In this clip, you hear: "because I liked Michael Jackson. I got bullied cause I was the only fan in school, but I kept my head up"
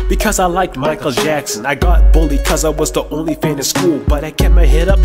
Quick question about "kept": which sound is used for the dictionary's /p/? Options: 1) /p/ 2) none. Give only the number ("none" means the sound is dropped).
2